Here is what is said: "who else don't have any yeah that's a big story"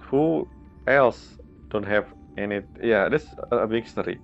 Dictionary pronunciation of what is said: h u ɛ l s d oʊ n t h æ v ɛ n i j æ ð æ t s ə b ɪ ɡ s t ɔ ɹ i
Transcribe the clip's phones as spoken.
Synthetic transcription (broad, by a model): h u ɛ l s d oʊ n t h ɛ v ɛ n i j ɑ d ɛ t s ə b ɪ ɡ s t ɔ ɹ i